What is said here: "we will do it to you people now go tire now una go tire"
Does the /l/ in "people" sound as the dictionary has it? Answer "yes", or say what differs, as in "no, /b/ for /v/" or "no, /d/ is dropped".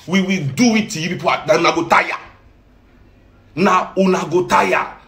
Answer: no, /n/ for /l/